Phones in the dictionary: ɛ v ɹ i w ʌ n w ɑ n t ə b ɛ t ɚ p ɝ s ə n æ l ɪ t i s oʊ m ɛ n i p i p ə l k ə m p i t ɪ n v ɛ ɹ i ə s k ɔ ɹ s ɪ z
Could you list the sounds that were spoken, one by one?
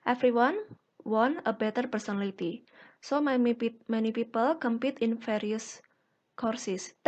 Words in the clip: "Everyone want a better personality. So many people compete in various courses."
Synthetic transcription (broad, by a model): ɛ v ɹ i w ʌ n w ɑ n ə b ɛ t ɚ p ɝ s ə n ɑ l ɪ t i s oʊ m ɛ n i p i p ə l k ə m p i t ɪ n f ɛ ɹ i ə s k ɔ ɹ s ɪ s